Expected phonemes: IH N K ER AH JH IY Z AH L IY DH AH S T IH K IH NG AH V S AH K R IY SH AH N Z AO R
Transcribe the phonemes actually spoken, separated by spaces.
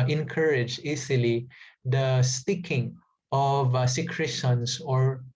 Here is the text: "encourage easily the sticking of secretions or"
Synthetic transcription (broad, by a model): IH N K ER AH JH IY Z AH L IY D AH S T IH K IH NG AH V S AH K R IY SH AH N S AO R